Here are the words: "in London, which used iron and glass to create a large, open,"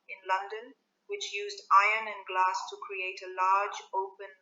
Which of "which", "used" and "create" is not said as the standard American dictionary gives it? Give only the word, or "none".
none